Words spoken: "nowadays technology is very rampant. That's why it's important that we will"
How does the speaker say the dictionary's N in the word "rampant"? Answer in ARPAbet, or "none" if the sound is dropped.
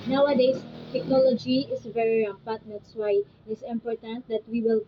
none